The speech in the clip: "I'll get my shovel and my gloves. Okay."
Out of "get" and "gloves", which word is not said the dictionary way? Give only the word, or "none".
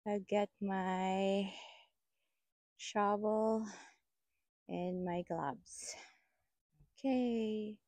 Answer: gloves